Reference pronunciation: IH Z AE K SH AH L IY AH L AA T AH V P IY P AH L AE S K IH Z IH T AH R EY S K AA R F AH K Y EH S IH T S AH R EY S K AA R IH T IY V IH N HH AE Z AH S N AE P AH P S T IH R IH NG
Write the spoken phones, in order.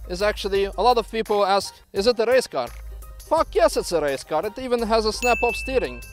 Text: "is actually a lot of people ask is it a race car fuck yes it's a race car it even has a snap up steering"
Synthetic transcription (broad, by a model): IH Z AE K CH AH L IY AH L AA T AH V P IY P L AE S K IH Z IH T AH R EY S K AA R F AH K Y EH S IH T S AH R EY S K AA R IH T IY V IH N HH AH Z AH S N AE P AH F S T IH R IH NG